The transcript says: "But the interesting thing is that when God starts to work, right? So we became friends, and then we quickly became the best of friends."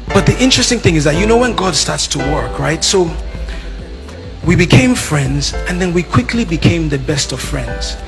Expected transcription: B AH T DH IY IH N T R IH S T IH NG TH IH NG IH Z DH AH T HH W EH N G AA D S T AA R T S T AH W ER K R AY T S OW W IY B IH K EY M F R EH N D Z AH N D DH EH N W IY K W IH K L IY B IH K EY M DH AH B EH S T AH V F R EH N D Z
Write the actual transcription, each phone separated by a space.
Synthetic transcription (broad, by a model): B AH T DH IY IH N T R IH S T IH NG TH IH NG IH Z DH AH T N W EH N G AA D S T AA R T S T AH W ER K R AY T S OW W IY B IH K EY M F R EH N D Z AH N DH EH N W IY K W IH K L IY B IH K EY M DH AH B EH S T AH V F R EH N D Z